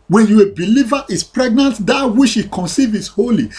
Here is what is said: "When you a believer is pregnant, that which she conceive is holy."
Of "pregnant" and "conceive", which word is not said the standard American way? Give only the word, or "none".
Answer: none